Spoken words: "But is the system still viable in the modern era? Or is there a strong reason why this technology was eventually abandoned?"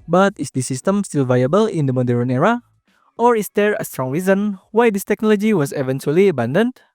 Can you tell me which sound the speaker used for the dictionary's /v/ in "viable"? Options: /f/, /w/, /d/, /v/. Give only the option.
/v/